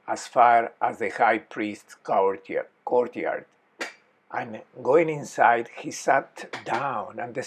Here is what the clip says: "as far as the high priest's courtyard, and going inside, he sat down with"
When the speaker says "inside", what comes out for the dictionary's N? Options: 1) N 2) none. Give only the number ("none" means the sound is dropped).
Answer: 1